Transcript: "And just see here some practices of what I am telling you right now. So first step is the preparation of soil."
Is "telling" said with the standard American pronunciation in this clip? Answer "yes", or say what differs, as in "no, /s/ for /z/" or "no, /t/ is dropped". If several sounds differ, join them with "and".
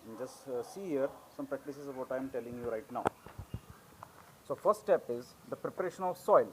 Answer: yes